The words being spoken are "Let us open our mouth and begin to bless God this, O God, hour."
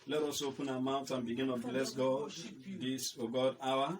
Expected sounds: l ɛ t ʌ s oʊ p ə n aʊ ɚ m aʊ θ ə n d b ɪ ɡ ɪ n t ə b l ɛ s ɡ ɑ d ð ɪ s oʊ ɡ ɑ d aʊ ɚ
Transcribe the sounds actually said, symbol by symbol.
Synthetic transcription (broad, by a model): l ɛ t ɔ s oʊ p ə n aʊ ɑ m aʊ t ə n b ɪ ɡ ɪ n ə b l ɛ s ɡ ɑ d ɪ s oʊ ɡ ɑ d aʊ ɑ